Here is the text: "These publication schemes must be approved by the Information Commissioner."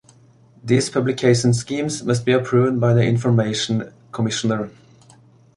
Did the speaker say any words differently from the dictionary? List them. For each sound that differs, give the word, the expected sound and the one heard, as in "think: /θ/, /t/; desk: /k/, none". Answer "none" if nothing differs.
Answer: these: /z/, /s/